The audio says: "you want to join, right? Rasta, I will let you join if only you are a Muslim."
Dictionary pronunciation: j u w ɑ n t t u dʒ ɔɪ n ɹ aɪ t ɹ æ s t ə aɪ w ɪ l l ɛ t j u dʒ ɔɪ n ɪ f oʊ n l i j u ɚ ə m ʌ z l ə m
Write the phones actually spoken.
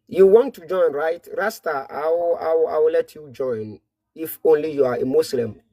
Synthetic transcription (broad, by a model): j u w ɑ n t t u dʒ ɔɪ n ɹ aɪ t ɹ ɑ s t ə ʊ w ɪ w l ɛ t j u dʒ ɔɪ n ɪ f oʊ n l i j u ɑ ə m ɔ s l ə m